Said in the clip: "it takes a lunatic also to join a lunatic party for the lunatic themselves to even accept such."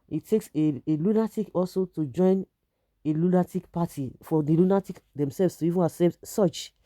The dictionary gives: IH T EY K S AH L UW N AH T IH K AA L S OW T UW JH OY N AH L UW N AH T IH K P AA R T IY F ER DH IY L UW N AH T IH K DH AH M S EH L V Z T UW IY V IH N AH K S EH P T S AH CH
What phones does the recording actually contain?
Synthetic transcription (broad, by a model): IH T EY K S AH L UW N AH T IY K AA L S OW T UW JH OY N AH L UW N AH T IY K P AA T IY F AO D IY L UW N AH T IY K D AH M S EH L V S T UW IY V IH N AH S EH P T S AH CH